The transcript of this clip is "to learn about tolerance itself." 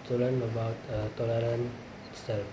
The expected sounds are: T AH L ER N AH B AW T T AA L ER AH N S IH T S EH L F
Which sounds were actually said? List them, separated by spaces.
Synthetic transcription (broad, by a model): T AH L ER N AH B AW T T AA L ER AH N IH T S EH L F